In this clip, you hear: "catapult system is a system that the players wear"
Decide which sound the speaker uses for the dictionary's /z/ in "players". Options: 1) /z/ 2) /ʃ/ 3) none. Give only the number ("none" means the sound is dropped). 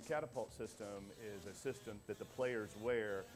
1